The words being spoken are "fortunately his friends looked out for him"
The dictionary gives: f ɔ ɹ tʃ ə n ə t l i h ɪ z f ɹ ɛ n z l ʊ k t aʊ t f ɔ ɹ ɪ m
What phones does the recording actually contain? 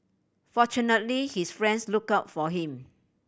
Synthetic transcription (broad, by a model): f ɔ tʃ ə n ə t l i h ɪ s f ɹ ɛ n s l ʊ k aʊ t f ɔ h ɪ m